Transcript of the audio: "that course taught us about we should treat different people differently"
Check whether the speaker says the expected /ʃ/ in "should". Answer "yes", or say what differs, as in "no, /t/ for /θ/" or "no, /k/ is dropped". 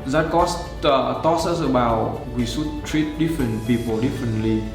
no, /s/ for /ʃ/